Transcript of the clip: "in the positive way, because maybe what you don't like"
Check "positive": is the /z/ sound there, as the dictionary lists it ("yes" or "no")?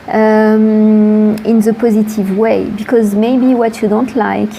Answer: yes